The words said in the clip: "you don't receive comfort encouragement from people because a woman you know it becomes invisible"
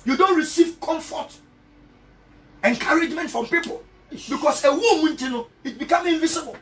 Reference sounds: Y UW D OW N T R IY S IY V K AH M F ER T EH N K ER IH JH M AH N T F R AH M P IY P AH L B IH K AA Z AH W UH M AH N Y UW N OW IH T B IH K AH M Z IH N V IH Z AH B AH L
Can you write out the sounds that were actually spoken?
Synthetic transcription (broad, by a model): Y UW D OW N T R IY S IY V K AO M F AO T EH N K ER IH JH M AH N T F R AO M P IY P AH L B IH K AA S AH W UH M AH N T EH N OW IH T B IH K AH M IH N V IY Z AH B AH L